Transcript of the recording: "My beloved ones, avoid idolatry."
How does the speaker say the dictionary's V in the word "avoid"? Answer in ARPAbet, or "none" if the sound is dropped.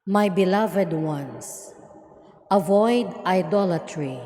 V